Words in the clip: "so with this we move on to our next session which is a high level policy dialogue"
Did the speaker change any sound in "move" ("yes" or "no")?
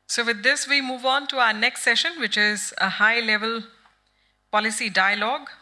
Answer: no